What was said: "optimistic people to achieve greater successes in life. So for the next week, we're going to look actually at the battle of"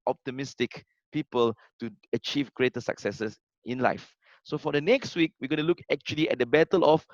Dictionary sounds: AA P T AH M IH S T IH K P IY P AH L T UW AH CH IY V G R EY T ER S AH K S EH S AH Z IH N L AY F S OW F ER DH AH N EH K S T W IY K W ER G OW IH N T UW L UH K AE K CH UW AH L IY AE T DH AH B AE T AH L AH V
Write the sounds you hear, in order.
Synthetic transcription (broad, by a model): AA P T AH M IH S T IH K P IY P AH L T UW AH CH IY V G R EY T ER S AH K S EH S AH S IH N L AY F S OW F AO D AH N EH K S T W IY K W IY G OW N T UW L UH K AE K CH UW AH L IY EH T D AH B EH T AH L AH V